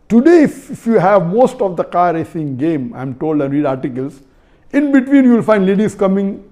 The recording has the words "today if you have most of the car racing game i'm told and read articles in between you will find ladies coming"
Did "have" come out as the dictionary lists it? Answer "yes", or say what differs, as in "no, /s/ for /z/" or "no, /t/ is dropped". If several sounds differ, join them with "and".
yes